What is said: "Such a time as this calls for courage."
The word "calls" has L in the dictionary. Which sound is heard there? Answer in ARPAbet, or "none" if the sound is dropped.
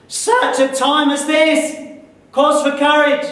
none